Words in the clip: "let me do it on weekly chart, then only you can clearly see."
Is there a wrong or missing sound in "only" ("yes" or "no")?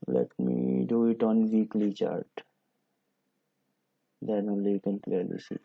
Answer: yes